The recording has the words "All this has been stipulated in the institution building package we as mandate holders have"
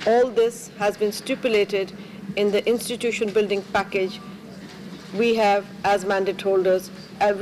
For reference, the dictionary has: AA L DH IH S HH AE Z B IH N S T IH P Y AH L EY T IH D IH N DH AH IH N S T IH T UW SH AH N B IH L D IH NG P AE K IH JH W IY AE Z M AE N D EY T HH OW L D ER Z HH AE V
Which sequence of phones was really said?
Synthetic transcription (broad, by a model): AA L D IH S HH AE Z B IH N S T IH P Y AH L EY T IH D IH N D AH IH N S T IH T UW SH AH N B IH L D IH NG P AE K IH JH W IY AE Z M AE N D EY T HH OW L D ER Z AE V